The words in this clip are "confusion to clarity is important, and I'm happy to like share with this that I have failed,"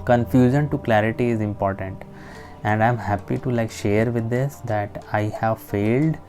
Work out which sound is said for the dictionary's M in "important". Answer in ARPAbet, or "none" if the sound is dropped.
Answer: M